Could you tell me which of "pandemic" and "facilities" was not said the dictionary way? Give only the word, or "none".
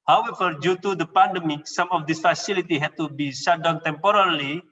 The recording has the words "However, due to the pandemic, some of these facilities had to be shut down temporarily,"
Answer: facilities